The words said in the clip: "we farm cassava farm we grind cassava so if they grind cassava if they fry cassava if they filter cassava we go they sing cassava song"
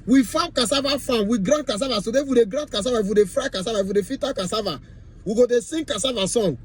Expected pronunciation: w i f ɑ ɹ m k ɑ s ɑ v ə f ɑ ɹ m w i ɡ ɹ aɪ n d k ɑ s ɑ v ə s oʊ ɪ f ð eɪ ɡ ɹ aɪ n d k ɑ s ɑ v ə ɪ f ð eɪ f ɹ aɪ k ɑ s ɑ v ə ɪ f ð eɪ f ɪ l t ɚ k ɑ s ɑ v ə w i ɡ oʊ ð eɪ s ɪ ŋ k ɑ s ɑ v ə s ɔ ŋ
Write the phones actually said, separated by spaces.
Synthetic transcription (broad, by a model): w i f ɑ k ɑ s ɑ v ə f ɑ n w i ɡ ɹ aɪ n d k ɑ s ɑ v ə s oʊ ɪ f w eɪ ɡ ɹ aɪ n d k ɑ s ɑ v ə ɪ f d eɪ f ɹ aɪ k ɑ s ɑ v ə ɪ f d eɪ f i t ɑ k ɑ s ɑ v ə w i ɡ oʊ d eɪ s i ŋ k ɑ s ɑ v ə s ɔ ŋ